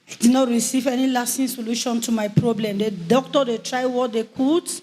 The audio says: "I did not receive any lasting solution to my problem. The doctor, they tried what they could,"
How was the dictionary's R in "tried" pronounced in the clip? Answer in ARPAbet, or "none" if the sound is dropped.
R